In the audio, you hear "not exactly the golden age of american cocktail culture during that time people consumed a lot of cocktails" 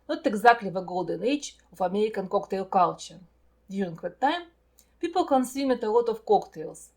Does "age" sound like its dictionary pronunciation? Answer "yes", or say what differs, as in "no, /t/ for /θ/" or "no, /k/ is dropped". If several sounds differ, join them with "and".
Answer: no, /tʃ/ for /dʒ/